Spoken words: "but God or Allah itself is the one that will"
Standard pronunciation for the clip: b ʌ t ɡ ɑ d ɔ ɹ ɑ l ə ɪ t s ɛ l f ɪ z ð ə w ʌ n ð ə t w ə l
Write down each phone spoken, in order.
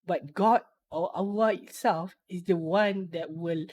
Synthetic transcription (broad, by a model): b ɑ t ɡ ɑ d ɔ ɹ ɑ w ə ɪ t s ɛ l f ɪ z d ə w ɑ n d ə t w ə l